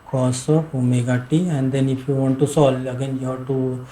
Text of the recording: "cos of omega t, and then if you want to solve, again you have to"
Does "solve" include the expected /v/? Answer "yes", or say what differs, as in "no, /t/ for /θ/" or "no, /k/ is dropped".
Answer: no, /v/ is dropped